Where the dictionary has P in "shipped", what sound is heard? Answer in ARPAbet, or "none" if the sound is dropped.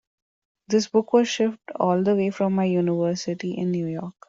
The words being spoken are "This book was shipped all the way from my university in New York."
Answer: F